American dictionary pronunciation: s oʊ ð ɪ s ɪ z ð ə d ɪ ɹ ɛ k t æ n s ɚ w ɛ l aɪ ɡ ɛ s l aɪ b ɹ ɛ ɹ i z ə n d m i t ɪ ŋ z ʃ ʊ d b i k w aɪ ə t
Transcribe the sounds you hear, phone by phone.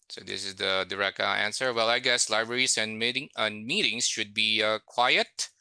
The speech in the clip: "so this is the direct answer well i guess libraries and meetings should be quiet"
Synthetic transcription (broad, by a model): s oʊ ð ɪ s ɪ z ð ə d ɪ ɹ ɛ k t æ n s ɚ w ɛ l aɪ ɡ ɛ s l aɪ b ɹ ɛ ɹ i s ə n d m i t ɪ ŋ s ʃ ʊ d b i k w aɪ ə t